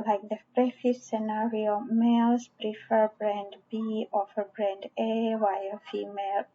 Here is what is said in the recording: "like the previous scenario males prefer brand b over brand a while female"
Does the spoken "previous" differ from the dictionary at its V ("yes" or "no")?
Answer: yes